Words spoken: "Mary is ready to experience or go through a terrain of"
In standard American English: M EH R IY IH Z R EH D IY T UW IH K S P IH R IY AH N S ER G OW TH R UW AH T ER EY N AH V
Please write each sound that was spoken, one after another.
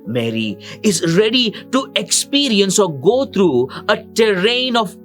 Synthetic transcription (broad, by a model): M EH R IY IH Z R EH D IY T UW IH K S P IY R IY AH N S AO G OW T R UW AH T ER EY N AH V